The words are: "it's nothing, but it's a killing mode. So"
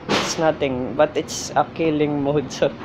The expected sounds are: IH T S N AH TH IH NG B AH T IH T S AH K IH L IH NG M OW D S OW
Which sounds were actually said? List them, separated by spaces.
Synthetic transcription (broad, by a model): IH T S N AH T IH NG B AH T IH T S AH K IH L IH NG M OW D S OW